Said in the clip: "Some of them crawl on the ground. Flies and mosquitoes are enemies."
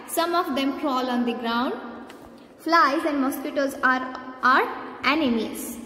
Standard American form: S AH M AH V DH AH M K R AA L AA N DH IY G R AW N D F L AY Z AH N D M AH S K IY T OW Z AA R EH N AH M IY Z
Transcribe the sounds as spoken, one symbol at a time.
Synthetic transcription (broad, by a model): S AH M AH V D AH M K R AA L AA N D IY G R AW N D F L AY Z AH N D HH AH S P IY T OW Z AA R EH N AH M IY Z